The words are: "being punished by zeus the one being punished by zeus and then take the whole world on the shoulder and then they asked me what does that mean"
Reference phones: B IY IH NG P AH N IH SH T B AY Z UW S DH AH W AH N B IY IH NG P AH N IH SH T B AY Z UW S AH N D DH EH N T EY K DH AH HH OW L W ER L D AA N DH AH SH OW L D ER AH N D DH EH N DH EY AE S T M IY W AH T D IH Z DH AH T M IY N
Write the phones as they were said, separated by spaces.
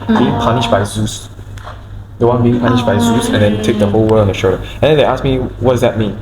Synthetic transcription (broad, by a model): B IY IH NG P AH N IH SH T B AY Z UW S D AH W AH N B IY IH NG P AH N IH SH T B AY Z UW S AH N D EH N T EY K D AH HH OW L W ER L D AA N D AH SH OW D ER AH N D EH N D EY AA S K M IY W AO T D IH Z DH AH T M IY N